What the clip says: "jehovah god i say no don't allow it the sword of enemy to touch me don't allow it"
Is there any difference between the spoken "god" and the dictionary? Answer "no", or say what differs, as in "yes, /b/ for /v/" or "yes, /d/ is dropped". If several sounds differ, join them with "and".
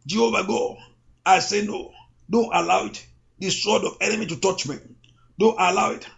yes, /d/ is dropped